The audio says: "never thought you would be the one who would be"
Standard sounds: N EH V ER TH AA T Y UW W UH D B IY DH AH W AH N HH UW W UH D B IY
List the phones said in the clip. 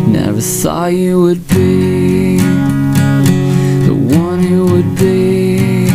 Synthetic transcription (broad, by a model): N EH V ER S AA Y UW W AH D B IY DH AH W AH N HH UW W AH D B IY